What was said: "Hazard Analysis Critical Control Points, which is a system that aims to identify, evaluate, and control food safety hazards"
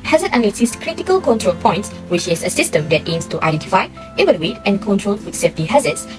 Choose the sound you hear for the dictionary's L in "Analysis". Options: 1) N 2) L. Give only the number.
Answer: 1